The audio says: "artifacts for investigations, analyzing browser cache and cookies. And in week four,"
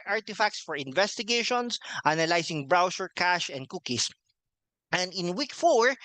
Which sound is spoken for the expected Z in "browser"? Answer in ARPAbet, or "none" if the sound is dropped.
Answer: S